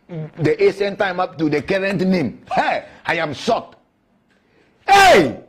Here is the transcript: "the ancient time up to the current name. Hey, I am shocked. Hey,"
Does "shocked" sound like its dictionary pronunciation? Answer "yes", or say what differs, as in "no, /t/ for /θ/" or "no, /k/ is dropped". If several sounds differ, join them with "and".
no, /s/ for /ʃ/